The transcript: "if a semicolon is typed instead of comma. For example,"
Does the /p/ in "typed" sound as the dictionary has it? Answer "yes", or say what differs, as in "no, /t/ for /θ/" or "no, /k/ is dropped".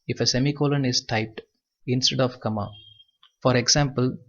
yes